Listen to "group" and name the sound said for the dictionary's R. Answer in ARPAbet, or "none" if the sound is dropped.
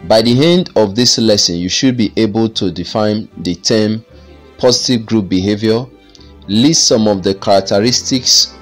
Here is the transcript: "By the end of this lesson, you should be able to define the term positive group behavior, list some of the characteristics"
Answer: R